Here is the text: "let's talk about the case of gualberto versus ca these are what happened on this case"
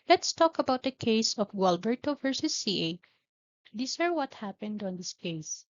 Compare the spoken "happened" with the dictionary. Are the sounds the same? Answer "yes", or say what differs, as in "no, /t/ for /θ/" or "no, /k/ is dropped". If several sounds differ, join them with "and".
yes